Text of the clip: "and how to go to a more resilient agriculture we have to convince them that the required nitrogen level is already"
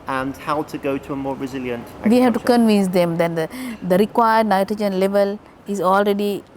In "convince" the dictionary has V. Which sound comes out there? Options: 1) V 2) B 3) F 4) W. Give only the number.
1